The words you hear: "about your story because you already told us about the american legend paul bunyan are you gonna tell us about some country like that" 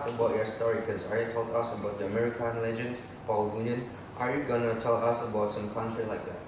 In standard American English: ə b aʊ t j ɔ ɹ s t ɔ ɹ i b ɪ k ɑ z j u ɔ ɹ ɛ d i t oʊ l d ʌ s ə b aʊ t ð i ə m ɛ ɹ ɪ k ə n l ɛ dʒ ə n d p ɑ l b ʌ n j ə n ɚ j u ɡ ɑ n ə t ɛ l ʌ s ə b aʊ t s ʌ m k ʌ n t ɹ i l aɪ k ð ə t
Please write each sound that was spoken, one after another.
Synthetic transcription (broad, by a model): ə b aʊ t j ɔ s t ɔ ɹ i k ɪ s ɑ j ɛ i t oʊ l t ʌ s ə b aʊ t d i ə m ɛ ɹ ɪ k ə n l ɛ dʒ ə n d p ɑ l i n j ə n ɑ j u ɡ ɑ n ə t ɛ l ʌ s ə b aʊ t s ʌ m k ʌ n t ɹ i l aɪ k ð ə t